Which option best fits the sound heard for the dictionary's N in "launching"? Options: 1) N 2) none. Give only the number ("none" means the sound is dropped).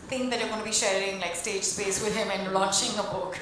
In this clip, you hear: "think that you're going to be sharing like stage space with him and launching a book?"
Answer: 2